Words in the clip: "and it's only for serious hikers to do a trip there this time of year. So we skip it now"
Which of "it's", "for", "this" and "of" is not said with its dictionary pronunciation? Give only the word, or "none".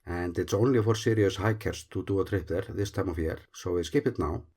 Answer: of